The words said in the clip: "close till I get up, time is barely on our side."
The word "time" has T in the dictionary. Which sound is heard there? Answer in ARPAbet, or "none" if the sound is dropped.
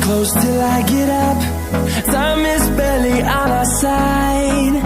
S